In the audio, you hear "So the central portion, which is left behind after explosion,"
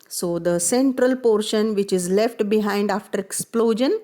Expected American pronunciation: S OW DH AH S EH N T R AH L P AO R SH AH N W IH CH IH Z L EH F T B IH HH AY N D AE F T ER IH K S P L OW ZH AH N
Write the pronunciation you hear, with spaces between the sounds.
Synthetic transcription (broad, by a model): S OW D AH S EH N T R AH L P AO R SH AH N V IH CH IH Z L EH F T B IH HH AY N D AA F T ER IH K S P L OW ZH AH N